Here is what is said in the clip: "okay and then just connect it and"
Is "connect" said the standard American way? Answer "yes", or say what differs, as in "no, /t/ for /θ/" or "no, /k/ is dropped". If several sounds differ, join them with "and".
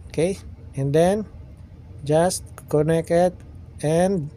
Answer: no, /t/ is dropped